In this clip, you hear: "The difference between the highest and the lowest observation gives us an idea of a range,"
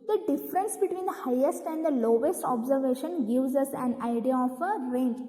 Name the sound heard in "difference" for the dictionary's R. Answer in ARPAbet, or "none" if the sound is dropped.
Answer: R